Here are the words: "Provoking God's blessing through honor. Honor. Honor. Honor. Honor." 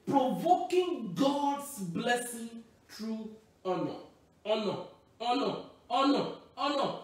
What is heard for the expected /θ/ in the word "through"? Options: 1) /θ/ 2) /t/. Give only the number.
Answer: 2